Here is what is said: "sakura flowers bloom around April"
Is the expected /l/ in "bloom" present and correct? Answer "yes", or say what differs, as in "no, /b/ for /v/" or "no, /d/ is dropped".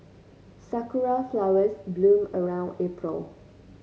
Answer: yes